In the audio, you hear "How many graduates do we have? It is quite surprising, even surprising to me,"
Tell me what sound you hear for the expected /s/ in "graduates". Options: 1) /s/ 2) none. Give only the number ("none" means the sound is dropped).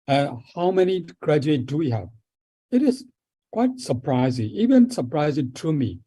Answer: 2